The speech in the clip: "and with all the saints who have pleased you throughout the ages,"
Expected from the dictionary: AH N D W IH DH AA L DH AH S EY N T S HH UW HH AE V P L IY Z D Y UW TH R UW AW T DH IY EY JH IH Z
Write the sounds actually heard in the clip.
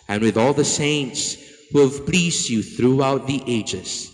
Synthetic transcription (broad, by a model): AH N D W IH DH AA L DH AH S EY N T S HH UW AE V P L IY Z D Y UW TH R UW AW T DH IY EY JH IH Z